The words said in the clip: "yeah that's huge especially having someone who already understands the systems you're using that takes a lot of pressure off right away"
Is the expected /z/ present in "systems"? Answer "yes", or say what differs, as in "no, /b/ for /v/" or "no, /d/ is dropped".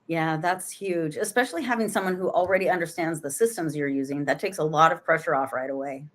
yes